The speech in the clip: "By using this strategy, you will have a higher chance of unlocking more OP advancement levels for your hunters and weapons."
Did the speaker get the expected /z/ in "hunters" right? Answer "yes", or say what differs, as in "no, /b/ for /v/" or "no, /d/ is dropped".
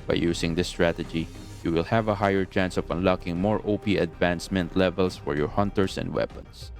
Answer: no, /s/ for /z/